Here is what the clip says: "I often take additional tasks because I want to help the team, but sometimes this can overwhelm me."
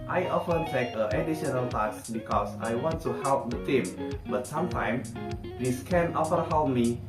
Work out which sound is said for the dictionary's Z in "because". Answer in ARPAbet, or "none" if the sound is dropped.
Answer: S